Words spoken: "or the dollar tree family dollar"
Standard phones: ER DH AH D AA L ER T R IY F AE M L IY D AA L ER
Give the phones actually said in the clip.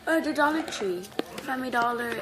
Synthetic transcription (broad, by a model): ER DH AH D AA L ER T R IY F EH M IY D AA L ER